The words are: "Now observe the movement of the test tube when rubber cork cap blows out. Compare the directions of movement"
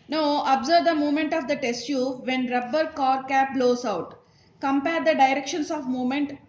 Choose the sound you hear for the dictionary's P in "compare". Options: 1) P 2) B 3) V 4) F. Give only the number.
1